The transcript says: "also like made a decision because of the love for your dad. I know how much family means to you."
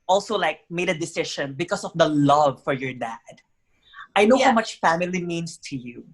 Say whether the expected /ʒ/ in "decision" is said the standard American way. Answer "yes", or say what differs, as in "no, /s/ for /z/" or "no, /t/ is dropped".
no, /ʃ/ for /ʒ/